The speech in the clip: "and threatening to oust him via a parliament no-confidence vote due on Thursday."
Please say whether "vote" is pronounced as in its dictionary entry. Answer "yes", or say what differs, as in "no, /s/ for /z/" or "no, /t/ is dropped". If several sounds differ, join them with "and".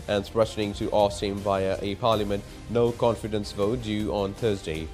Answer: yes